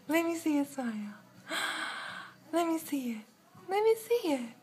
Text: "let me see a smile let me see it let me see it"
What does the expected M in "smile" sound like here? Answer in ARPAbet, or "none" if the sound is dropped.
none